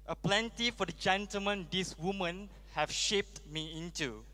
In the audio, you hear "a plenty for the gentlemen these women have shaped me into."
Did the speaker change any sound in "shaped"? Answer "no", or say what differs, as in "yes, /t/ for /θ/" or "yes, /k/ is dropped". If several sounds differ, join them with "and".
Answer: no